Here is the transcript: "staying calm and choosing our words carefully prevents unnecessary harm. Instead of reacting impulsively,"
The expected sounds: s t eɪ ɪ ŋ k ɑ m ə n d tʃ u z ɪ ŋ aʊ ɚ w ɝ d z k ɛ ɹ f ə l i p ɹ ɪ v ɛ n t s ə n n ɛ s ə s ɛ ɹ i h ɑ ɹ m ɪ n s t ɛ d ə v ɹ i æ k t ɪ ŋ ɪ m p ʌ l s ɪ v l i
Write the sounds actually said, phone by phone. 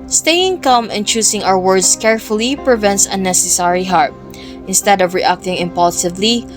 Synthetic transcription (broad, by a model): s t eɪ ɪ ŋ k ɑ m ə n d tʃ u s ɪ ŋ aʊ ɚ w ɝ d s k ɛ ɹ f ə l i p ɹ ɪ v ɛ n t s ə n n ɛ s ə s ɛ ɹ i h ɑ ɹ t ɪ n s t ɛ d ə v ɹ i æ k t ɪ ŋ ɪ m p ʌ l s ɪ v l i